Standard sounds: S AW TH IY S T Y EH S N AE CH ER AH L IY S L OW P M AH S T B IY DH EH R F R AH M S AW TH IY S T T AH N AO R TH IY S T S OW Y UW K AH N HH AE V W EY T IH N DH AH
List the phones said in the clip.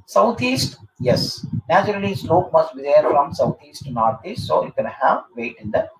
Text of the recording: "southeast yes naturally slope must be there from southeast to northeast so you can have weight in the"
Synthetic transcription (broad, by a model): S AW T IY S T Y EH S N AE CH ER AH L IY S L OW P M AH S T B IY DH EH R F R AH M S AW T IY S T T N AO R T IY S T S OW Y UW K AH N HH AE V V EY T IH N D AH